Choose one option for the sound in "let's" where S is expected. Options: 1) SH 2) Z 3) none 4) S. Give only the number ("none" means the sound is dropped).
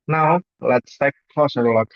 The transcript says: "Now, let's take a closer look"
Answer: 4